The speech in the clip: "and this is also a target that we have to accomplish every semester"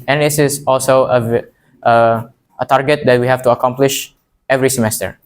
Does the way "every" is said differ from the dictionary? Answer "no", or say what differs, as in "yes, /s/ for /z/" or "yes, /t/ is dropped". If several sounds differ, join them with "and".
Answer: no